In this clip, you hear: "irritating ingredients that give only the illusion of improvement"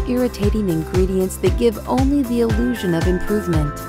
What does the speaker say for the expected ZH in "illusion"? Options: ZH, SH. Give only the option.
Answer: ZH